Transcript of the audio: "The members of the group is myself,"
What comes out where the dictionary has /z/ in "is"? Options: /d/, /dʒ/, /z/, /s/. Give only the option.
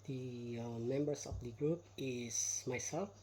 /s/